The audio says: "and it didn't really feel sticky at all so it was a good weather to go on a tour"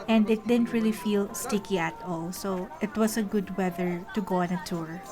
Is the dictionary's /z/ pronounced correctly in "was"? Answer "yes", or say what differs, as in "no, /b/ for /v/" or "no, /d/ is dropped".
no, /s/ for /z/